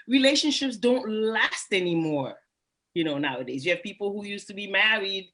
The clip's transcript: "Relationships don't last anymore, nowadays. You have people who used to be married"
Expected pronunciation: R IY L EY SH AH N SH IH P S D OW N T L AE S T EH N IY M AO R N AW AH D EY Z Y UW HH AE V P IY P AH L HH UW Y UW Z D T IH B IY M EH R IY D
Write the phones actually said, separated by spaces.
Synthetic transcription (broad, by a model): R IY L EY SH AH N SH IH P S D OW N T L AE S T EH N IY M AO R N AW AH D EY Z Y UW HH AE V P IY P L HH UW Y UW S T IH B IY M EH R IY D